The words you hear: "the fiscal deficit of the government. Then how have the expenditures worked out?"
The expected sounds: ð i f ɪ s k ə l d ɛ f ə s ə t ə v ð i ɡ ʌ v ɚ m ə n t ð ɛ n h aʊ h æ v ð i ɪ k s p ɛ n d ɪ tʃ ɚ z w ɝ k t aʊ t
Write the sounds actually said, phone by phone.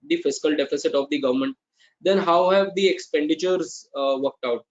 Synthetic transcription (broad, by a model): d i f ɪ s k ə l d ɛ f ə s ə t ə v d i ɡ ʌ v ɚ m ə n t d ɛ n h aʊ h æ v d i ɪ k s p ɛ n d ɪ tʃ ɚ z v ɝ k t aʊ t